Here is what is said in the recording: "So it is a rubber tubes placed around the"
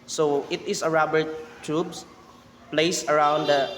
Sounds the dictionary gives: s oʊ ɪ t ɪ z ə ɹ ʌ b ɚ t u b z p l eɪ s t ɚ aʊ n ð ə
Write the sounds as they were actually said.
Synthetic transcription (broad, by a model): s oʊ ɪ t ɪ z ə ɹ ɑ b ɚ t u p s p l eɪ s ɚ aʊ n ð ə